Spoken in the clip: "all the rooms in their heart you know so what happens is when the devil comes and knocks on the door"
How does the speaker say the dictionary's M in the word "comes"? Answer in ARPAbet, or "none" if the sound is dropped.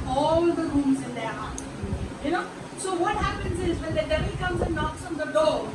M